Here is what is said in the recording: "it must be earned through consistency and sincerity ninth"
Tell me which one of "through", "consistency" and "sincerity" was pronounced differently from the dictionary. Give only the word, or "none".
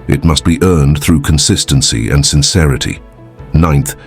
none